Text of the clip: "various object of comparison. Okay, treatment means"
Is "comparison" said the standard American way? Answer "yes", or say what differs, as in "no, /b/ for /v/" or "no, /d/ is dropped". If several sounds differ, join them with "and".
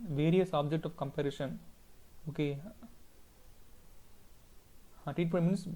no, /ʃ/ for /s/